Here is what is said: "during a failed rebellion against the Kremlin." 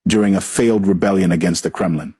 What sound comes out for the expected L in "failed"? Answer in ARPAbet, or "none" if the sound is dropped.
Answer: L